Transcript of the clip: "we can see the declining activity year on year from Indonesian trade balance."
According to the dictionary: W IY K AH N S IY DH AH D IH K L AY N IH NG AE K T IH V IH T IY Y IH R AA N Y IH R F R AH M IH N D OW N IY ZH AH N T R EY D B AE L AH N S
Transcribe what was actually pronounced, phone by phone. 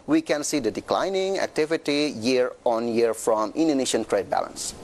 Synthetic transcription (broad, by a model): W IY K AH N S IY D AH D IH K L AY N IH NG AE K T IH V IH T IY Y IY R AA N Y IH R F R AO M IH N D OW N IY SH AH N T R EY D B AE L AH N S